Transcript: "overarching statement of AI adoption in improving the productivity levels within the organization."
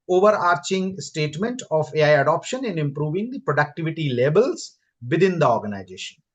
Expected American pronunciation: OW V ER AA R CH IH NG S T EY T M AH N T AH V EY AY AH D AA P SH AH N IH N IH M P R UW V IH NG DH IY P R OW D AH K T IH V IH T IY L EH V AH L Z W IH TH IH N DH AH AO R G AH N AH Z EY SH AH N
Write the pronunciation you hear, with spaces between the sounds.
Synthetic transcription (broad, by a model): OW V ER AA R CH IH NG S T EY T M AH N T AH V EY AY AH D AA P SH AH N IH N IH M P R UW V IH NG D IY P R OW D AH K T IH V IH T IY L EH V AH L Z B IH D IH N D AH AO R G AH N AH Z EY SH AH N